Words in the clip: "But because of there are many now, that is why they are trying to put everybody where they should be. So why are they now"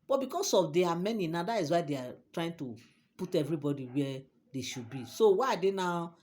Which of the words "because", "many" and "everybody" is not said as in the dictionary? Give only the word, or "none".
because